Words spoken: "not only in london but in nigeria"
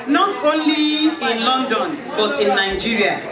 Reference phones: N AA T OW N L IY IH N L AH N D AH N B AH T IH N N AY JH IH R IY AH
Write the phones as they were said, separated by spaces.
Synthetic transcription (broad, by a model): N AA T OW N L IY IH N L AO N D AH N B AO T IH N N AY JH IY R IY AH